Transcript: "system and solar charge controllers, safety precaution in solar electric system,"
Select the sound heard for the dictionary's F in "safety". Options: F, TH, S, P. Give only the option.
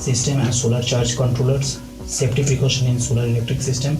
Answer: P